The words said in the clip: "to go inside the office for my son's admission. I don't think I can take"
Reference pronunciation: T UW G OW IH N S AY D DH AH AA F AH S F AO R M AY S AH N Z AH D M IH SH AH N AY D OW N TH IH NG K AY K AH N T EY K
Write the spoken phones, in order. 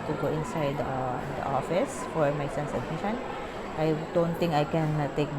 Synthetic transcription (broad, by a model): T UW G OW IH N S AY D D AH AA F AH S F AO R M AY S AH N S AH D M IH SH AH N AY D OW N T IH NG K AY K AH N T EY K